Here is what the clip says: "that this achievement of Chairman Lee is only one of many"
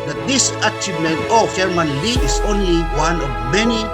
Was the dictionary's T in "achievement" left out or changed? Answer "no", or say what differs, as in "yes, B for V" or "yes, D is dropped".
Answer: yes, T is dropped